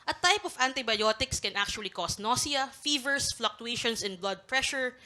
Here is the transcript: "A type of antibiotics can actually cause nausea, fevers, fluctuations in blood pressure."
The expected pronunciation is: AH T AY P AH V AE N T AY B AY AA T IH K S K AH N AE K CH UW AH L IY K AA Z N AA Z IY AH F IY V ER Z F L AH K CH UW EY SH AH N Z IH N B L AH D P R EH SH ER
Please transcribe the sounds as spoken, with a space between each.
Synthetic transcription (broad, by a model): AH T AY P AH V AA N T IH B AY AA T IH K S K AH N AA K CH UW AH L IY K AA S N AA S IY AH F IY V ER S F L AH K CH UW EY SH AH N S IH N B L AH D P R EH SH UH